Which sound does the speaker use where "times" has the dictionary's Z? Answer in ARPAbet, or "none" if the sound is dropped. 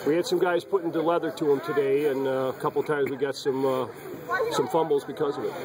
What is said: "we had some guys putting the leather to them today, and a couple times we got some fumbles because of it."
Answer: Z